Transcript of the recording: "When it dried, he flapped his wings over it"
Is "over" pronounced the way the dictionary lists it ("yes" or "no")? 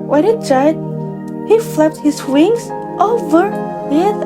yes